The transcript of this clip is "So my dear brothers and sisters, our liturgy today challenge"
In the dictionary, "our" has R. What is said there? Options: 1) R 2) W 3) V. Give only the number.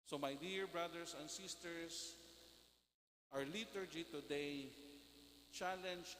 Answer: 1